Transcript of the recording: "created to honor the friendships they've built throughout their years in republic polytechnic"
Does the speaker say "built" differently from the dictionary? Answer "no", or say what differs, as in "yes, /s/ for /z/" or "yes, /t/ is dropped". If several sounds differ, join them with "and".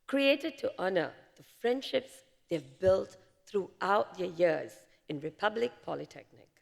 no